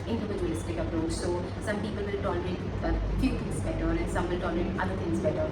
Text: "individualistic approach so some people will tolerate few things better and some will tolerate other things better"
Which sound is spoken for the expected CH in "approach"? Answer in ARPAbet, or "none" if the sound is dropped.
S